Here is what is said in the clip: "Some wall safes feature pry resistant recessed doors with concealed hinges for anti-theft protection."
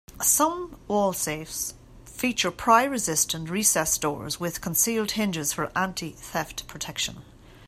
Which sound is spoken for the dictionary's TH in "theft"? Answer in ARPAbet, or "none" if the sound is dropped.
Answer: TH